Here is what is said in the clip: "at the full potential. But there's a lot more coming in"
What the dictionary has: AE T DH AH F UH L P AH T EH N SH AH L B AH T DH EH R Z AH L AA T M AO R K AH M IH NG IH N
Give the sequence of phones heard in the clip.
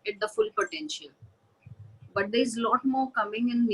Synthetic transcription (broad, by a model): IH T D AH F UH L P AH T EH N SH AH L B AH T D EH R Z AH L AA T M AO R K AH M IH NG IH N